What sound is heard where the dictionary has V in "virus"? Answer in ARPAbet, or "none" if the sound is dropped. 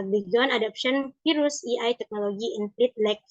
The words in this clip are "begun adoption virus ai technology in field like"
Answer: F